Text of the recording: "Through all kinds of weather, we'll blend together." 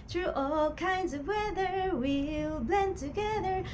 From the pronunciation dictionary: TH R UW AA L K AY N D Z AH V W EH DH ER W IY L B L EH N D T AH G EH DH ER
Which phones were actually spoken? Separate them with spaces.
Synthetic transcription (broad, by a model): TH R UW AA L K AY N D Z AH V W EH DH ER W IY L B L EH N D T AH G EH DH ER